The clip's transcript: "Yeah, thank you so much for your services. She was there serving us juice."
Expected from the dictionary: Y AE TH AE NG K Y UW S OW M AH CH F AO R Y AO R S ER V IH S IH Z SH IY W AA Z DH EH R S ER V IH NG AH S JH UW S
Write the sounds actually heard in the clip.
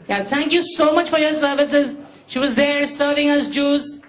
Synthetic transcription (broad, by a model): Y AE T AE NG K Y UW S OW M AH CH F AO R Y AO R S ER V IH S IH Z SH IY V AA Z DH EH R S ER V IH NG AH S JH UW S